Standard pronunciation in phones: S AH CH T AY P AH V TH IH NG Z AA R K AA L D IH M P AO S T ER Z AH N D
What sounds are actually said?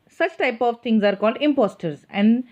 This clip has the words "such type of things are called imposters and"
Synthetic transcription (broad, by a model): S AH CH T AY P AH V T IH NG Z AA R K AA L D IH M P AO S T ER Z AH N D